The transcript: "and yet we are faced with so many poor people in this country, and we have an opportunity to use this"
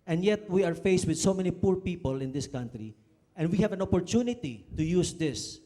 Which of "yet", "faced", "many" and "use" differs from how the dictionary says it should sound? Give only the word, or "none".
none